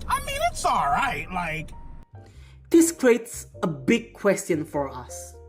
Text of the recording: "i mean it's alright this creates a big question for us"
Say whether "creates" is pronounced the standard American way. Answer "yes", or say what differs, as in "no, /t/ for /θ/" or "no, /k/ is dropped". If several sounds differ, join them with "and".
yes